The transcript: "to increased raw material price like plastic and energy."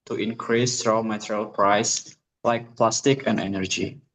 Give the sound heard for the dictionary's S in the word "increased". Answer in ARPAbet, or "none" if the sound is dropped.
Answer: S